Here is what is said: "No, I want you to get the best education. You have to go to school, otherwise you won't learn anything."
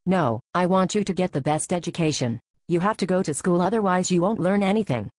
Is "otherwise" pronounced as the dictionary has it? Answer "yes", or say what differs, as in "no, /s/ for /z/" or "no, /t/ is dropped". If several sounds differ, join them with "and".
yes